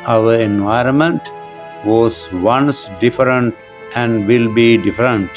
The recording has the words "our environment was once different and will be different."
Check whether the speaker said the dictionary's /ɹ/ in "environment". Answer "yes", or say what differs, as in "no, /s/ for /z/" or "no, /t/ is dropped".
yes